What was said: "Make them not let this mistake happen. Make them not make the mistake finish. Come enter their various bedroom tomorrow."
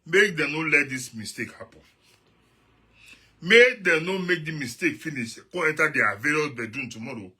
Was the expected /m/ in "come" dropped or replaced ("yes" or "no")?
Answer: yes